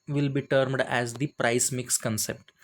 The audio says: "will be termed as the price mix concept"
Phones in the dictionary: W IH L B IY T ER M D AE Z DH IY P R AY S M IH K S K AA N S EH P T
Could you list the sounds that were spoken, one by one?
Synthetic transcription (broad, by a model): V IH L B IY T ER M D AE Z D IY P R AY S M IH K S K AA N S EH P T